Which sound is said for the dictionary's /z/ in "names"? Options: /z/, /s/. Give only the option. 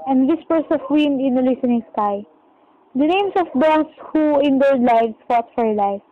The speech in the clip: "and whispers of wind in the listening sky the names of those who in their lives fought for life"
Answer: /s/